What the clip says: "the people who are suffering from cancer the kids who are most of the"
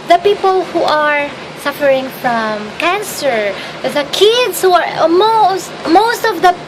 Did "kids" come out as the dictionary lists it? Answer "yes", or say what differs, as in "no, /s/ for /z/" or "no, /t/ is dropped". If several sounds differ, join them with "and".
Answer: no, /s/ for /z/